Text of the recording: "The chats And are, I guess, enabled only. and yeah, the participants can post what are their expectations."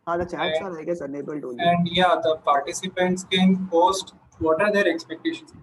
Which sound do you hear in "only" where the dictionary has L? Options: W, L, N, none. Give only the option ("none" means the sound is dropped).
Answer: none